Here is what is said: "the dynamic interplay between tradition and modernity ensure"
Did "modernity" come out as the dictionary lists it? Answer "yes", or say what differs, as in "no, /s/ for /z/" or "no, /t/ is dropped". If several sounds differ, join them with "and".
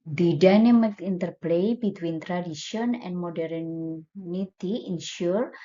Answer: yes